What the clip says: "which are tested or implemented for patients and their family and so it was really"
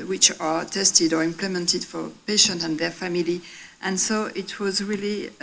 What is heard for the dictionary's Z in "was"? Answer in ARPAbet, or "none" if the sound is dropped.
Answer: Z